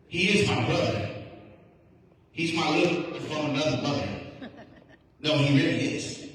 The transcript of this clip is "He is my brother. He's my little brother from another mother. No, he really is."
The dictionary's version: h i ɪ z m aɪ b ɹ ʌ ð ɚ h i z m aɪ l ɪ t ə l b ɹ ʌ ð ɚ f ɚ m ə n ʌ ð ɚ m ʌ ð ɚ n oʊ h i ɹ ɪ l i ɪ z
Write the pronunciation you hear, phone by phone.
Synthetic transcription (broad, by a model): h i ɪ z m aɪ b ɹ ʌ ð ɚ h i z m aɪ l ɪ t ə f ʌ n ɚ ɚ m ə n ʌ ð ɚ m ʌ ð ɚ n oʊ h i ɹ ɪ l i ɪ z